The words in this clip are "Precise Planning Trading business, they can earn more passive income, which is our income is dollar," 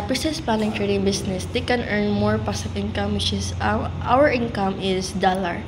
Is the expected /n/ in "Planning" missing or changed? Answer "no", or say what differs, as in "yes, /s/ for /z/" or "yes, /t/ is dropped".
yes, /l/ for /n/